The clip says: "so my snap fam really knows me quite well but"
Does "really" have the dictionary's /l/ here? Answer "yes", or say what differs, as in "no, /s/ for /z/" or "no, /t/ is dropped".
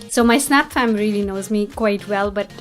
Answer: yes